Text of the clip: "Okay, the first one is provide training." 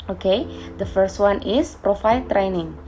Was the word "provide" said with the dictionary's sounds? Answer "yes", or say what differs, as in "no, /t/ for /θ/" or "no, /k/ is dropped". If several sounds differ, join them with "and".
no, /f/ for /v/